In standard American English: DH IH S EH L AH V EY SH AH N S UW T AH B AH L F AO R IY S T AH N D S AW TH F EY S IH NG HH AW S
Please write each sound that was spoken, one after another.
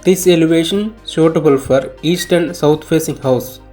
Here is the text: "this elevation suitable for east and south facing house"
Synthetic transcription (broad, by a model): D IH S EH L AH V EY SH AH N SH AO T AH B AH L F AO R IY S T AH N D S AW T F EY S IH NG HH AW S